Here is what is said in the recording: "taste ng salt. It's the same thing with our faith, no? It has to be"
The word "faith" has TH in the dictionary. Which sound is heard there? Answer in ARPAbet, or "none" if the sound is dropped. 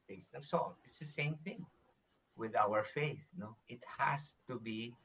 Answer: TH